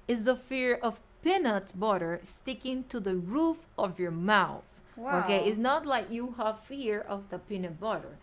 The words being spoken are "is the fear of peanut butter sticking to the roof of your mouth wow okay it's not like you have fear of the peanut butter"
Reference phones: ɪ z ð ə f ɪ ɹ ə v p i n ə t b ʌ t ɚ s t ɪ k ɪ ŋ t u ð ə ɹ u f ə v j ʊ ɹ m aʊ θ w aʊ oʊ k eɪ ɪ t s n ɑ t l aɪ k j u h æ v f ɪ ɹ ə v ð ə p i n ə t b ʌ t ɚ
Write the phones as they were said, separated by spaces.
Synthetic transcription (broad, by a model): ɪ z ð ə f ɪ ɹ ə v p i n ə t b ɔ t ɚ s t ɪ k ɪ ŋ t u ð ə ɹ u f ə v j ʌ ɹ m aʊ θ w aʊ oʊ k eɪ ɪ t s n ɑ t l aɪ k j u h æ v f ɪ ɹ ə v ð ə p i n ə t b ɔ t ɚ